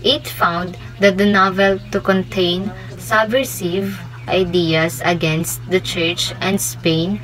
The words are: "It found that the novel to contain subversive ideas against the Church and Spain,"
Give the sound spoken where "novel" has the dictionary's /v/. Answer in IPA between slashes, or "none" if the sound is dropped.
/v/